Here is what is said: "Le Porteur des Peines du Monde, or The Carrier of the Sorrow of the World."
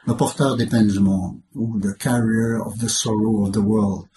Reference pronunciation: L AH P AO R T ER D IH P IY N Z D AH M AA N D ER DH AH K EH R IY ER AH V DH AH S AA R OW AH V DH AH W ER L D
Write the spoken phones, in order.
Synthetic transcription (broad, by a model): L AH P AO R T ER D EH P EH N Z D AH M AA D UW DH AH K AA R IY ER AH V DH AH S AA R OW AH V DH AH W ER L D